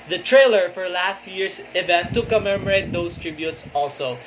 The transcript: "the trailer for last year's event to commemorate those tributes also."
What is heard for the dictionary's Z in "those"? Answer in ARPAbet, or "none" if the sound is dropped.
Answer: S